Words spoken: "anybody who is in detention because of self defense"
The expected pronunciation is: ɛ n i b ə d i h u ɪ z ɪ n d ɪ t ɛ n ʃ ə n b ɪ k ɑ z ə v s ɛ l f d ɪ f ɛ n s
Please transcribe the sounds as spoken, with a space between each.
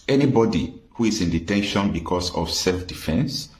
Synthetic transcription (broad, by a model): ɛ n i b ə d i h u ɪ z ɪ n d ɪ t ɛ n ʃ ə n b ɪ k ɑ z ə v s ɛ l f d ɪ f ɛ n s